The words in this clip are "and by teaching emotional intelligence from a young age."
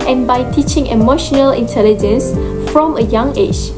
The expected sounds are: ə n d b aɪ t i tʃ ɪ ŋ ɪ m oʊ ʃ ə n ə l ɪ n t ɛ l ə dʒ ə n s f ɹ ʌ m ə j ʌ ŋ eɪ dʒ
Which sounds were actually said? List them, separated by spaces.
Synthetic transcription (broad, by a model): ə n b aɪ t i tʃ ɪ ŋ ɪ m oʊ ʃ ə n ə l ɪ n t ɛ l ə dʒ ə n s f ɹ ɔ m ə j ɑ ŋ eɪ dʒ